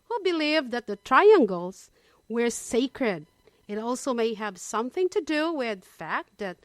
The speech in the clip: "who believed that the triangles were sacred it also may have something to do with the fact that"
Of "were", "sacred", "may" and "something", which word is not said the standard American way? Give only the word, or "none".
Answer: none